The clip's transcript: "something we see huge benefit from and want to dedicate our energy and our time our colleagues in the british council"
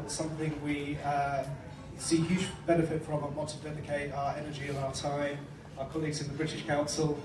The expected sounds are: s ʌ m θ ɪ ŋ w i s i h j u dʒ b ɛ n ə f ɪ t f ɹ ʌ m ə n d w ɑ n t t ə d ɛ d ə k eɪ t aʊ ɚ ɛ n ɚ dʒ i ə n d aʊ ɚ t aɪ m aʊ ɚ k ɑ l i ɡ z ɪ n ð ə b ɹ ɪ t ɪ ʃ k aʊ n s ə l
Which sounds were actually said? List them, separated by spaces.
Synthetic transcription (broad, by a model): s ʌ m θ ɪ ŋ w i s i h j u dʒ b ɛ n ə f ɪ t f ɹ ʌ m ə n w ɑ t t ə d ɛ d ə k eɪ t aʊ ɚ ɛ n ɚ dʒ i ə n aʊ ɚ t aɪ m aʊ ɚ k ɑ l i ɡ z ɪ n ð ə b ɹ ɪ t ɪ ʃ k aʊ n s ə l